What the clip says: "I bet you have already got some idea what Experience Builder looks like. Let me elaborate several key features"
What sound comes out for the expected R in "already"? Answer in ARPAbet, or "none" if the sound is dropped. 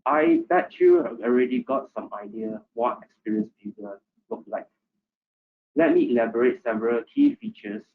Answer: R